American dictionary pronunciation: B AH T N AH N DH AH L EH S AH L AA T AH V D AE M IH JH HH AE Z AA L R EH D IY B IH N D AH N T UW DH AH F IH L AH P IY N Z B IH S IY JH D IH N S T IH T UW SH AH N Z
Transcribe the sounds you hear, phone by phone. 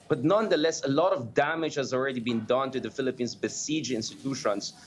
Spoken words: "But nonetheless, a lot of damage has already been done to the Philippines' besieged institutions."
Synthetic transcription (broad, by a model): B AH T N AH N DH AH L EH S AH L AA T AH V D AE M IH JH HH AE Z AA L R EH D IY B IH N D AH N T UW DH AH F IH L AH P IY N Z B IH S IY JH IH N S T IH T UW SH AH N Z